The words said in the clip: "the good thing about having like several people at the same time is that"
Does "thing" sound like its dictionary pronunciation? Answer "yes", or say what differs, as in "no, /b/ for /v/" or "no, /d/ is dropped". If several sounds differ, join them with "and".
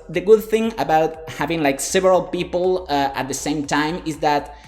yes